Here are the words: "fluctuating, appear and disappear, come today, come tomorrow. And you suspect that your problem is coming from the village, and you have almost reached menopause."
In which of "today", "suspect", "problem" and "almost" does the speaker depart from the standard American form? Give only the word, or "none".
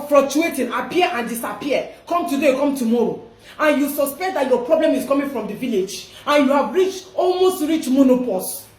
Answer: none